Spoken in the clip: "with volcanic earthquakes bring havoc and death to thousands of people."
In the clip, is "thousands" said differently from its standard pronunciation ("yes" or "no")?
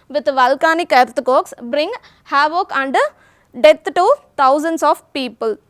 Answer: yes